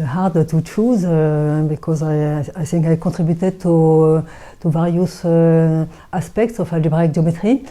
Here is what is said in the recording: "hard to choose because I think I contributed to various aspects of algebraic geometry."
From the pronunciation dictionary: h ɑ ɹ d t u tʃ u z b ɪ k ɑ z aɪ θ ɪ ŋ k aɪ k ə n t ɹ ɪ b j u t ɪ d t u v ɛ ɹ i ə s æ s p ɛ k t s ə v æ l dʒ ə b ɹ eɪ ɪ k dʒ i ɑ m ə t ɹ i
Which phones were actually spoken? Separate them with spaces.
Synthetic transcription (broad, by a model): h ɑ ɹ d t u tʃ u z b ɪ k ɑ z aɪ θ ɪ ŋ k aɪ k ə t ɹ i b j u t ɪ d t u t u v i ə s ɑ s p ɛ k t s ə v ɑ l ə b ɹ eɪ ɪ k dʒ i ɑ m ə t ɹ i